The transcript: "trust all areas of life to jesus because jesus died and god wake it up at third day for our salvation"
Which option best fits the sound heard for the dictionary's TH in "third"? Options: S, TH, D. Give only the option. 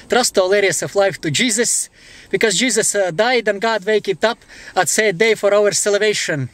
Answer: S